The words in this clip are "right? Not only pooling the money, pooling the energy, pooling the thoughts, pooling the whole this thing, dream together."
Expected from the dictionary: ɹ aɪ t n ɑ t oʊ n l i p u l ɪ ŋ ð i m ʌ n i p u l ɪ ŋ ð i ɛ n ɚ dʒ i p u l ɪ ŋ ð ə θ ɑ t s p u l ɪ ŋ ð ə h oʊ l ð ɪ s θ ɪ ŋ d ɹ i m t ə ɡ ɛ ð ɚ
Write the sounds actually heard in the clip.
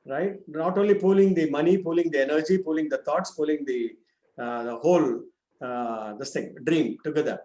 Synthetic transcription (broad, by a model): ɹ aɪ t n ɑ t oʊ n l i p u l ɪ ŋ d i m ʌ n i p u l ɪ ŋ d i ɛ n ɚ dʒ i p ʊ l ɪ ŋ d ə t ɑ t s p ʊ l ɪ ŋ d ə h oʊ l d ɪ s t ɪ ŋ d ɹ i m t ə ɡ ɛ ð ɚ